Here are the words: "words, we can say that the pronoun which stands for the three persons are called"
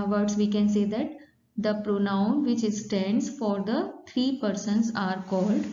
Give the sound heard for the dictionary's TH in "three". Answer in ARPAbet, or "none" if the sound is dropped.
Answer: T